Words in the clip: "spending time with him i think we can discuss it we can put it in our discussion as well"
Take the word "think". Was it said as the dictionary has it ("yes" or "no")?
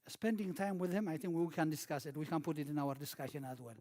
yes